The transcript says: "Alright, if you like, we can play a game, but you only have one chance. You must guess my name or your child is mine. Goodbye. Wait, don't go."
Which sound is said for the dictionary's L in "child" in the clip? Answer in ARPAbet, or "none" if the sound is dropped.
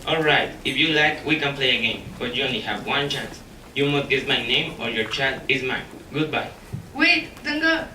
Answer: L